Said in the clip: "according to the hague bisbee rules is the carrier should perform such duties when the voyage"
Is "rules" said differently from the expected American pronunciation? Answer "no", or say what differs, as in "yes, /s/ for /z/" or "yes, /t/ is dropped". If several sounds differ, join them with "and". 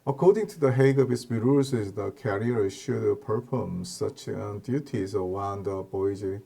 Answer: yes, /l/ is dropped